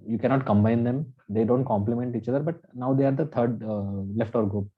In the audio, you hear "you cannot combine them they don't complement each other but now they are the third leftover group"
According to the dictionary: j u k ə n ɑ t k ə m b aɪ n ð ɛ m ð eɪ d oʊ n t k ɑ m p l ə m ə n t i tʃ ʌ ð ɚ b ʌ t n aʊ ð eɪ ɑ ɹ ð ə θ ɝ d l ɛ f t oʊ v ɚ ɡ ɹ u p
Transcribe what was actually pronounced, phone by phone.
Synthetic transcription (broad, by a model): j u k ə n ɑ t k ə m b aɪ n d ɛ m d eɪ d oʊ n t k ɑ m p l ə m ə n t i tʃ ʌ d ɚ b ʌ t n aʊ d eɪ ɑ ɹ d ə t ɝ d l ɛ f t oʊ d ɡ ɹ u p